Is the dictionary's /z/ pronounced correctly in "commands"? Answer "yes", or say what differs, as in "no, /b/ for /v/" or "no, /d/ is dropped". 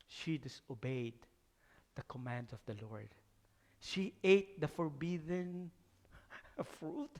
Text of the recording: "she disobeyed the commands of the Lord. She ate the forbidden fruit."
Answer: no, /z/ is dropped